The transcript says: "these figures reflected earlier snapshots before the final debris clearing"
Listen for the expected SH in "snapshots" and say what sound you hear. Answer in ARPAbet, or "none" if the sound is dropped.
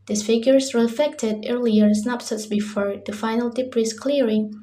S